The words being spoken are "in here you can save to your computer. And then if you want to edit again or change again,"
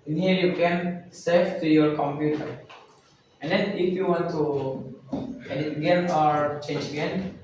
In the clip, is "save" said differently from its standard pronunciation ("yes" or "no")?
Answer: yes